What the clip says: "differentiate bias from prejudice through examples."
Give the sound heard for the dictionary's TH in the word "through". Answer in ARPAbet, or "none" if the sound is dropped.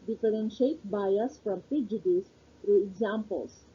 F